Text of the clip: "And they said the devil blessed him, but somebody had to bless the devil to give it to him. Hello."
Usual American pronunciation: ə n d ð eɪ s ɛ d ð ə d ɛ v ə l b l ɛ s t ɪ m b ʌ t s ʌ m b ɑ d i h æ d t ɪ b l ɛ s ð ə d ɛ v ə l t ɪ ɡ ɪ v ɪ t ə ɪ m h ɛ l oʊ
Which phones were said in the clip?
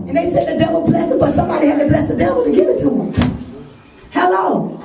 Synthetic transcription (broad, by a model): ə n ð eɪ s ɛ d ð ə d ɛ v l b l ɛ s ɪ b ʌ t s ʌ m b ɑ d i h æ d t ɪ b l ɛ s ð ə d ɛ v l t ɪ ɡ ɪ v ɪ t ə ɪ m h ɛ l oʊ